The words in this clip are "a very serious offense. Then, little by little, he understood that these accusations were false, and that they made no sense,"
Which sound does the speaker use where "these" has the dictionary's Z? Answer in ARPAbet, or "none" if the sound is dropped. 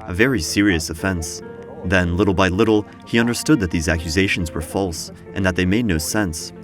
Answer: Z